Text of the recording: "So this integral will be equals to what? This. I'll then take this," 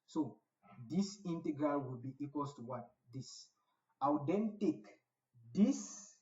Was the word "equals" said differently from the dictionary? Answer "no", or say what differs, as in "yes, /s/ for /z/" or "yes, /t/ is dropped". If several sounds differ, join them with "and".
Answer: yes, /z/ is dropped